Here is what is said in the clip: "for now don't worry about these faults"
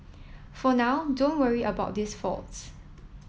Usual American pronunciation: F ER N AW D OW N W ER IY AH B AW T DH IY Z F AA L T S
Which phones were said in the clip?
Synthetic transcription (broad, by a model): F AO N AW D OW N W ER IY AH B AW T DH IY S F AA L T S